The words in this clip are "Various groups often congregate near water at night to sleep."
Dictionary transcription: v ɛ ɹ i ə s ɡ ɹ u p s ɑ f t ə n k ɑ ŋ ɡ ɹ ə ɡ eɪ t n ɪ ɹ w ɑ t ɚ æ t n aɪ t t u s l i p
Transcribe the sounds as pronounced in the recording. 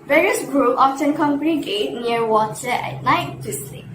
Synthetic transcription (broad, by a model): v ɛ ɹ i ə s ɡ ɹ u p ɑ f t ə n k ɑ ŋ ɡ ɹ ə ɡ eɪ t n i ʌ w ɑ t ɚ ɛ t n aɪ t t u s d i